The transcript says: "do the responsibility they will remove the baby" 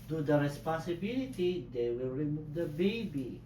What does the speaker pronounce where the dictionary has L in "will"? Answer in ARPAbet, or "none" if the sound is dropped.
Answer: W